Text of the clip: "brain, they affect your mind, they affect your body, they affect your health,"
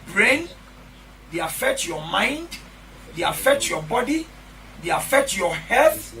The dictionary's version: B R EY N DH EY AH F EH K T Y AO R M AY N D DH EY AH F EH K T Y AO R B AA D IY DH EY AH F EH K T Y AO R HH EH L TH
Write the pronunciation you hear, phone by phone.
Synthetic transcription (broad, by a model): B R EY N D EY AH F EH K T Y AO M AY N D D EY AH F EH K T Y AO B AA D IY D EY AH F EH K T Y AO HH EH L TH